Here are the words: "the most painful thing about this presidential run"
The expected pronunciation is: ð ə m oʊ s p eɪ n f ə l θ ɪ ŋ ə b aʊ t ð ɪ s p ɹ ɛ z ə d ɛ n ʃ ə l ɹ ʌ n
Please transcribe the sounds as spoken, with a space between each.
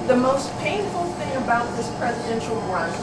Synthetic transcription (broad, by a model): ð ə m oʊ s p eɪ n f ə l θ ɪ ŋ ə b aʊ t ð ɪ s p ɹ ɛ z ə d ɛ n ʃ l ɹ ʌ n